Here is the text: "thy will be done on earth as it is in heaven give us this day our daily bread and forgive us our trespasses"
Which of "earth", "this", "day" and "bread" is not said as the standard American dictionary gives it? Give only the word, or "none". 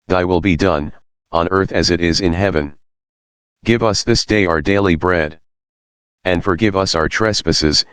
none